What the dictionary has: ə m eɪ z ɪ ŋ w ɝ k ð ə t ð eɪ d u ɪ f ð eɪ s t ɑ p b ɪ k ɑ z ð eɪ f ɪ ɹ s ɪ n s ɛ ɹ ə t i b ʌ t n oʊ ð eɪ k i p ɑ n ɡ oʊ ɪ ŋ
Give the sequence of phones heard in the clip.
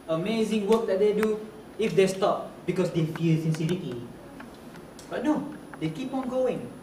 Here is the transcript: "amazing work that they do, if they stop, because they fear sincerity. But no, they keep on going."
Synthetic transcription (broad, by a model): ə m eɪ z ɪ ŋ w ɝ k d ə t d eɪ d u ɪ f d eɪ s t ɑ p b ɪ k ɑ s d eɪ f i l s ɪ n s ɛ ɹ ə t i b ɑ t n oʊ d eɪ k i p ɑ n ɡ oʊ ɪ ŋ